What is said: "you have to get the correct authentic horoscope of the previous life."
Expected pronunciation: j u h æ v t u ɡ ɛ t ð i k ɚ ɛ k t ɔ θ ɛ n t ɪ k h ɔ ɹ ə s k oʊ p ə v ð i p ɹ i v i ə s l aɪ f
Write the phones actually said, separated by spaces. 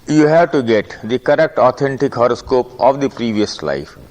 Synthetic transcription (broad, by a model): j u h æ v t u ɡ ɛ t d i k ɚ ɛ k t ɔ t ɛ n t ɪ k h ɔ ɹ ə s k oʊ p ə v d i p ɹ i v i ə s l aɪ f